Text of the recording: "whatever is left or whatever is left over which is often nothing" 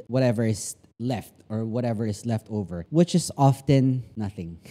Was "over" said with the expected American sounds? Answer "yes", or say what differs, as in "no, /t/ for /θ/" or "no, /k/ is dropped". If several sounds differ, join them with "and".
yes